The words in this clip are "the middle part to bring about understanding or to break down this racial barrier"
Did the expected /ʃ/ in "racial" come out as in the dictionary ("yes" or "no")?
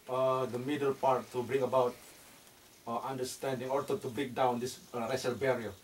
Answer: no